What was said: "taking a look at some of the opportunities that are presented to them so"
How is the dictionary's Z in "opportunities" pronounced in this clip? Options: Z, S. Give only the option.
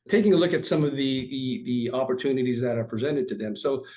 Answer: Z